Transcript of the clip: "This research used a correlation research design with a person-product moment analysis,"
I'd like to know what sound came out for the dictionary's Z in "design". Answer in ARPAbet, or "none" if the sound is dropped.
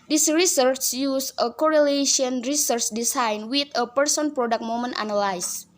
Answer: S